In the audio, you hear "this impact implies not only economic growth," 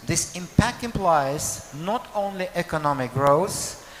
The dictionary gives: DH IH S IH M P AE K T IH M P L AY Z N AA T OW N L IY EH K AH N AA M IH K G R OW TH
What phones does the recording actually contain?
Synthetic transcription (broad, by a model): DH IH S IH M P AE K T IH M P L AY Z N AA T OW N L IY EH K AH N AA M IH K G R OW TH